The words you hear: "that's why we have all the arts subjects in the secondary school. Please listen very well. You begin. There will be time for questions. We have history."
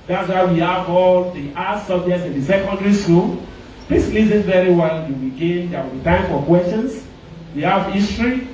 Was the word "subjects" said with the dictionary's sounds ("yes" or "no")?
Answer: no